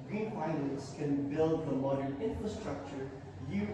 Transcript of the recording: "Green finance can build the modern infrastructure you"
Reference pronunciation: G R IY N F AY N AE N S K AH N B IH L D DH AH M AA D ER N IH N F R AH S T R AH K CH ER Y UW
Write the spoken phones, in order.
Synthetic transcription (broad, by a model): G R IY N P AY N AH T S K AH N B IH L D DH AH M AA D ER N IH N F R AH S T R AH K CH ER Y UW